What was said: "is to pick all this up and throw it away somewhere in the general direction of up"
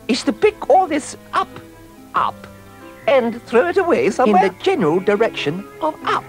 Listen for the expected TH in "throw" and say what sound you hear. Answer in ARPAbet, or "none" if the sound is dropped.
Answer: TH